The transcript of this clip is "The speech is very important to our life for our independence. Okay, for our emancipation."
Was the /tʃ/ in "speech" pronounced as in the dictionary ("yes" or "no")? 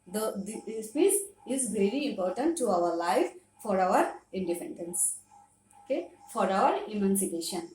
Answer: no